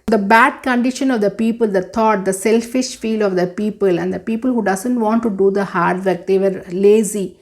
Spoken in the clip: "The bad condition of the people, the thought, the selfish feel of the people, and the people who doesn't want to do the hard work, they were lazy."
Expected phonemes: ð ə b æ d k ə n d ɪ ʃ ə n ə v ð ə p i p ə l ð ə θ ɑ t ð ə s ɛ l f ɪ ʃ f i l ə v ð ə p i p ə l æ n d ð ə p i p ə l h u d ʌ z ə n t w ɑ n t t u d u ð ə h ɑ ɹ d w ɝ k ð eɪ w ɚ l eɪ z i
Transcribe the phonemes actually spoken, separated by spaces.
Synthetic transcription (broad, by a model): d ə b æ d k ə n d ɪ ʃ ə n ə v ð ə p i p ə l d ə t ɑ t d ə s ɛ l f ɪ ʃ f i l ə v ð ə p i p ə l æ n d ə p i p ə l h u d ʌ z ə n t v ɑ n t t u d u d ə h ɑ ɹ d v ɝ k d eɪ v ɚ l eɪ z i